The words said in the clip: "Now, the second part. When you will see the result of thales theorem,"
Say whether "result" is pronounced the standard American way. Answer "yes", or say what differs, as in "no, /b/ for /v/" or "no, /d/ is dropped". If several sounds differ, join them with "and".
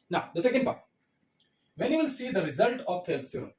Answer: yes